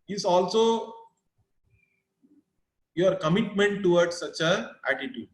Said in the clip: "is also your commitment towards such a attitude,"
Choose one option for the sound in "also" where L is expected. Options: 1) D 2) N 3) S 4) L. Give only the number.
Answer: 4